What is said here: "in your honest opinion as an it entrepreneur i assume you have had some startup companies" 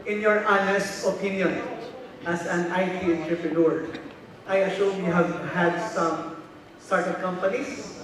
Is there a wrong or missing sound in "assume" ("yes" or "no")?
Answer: yes